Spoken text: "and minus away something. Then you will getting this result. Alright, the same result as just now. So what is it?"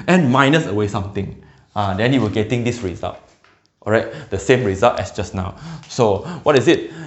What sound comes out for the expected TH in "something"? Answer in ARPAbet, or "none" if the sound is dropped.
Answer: T